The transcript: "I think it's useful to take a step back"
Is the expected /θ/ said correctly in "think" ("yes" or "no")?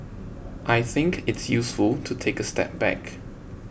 yes